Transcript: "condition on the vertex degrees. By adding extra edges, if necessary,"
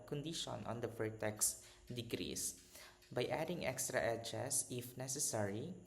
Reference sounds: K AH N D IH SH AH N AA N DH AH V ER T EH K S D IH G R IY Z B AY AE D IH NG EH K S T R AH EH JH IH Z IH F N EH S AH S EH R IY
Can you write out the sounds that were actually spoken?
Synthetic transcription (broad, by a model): K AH N D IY SH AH N AA N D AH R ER T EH K S D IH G R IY S B AY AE D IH NG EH K S T R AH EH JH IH S IH F N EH S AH S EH R IY